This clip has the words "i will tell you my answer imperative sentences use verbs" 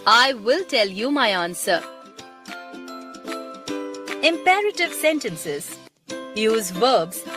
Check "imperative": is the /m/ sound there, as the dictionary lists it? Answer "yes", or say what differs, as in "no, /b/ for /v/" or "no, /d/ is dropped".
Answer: yes